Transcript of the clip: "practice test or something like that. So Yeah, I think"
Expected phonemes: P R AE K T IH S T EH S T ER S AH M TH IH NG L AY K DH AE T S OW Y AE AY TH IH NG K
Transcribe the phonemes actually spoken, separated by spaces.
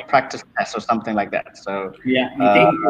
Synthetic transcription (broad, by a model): P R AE K T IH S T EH S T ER S AH M TH IH NG L AY K DH AE T S OW Y AE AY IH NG